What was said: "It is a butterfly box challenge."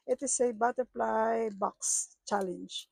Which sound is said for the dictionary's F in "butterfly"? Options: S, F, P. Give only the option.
P